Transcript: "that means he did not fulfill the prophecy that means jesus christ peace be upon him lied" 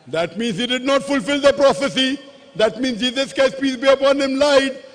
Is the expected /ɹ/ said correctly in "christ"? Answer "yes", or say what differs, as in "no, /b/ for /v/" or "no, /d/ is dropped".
no, /ɹ/ is dropped